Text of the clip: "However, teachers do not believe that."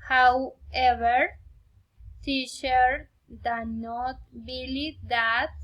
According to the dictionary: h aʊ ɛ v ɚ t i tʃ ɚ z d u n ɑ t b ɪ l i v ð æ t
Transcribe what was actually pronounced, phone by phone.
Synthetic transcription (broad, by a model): h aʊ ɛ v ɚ s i ʃ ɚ d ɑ n ɑ t b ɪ l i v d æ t